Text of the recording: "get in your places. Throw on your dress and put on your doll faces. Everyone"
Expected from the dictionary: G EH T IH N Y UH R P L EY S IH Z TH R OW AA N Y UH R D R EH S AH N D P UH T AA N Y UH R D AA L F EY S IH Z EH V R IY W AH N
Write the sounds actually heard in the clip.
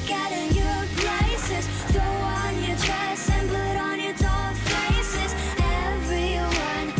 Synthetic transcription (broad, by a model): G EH T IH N Y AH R P L EY S IH Z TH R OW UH N Y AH R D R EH S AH N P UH T N Y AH R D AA F EY S IH Z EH V R IY W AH N